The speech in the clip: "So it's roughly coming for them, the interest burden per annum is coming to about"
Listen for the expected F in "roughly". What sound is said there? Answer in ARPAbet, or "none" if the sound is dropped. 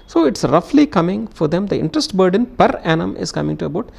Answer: F